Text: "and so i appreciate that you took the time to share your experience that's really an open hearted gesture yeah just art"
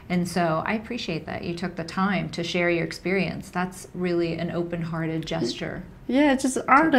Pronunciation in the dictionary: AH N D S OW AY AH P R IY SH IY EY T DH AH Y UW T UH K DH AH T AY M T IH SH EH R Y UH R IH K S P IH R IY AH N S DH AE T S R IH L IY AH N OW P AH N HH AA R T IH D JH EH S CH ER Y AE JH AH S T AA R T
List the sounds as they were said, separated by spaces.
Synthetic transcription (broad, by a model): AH N S OW AY AH P R IY SH IY EY T DH AH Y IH T UH K DH AH T AY M T IH SH EH R Y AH R IH K S P IH R IY AH N S DH AE T S R IH L IY AH N OW P AH N HH AA R T IH D JH EH S CH ER Y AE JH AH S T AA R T